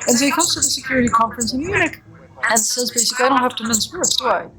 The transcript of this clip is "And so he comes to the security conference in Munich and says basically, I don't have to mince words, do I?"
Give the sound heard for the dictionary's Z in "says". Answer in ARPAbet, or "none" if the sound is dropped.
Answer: Z